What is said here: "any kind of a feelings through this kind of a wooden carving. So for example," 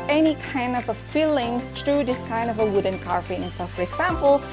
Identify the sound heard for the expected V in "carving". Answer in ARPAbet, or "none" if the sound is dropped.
P